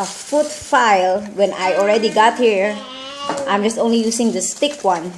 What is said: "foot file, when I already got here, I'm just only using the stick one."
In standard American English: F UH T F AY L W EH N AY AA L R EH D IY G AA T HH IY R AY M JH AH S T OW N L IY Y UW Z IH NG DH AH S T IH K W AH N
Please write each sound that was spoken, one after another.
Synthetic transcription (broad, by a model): F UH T F AY L W EH N AY AA L R EH D IY G AA T HH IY R AY M JH AH S T OW N L IY Y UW S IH NG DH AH S T IH K W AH N